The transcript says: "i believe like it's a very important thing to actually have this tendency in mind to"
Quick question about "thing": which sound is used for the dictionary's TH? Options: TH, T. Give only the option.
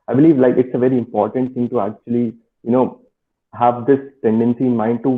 T